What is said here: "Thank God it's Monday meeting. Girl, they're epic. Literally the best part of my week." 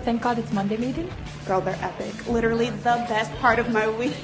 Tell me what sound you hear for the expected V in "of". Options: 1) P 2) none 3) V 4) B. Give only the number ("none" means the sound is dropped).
3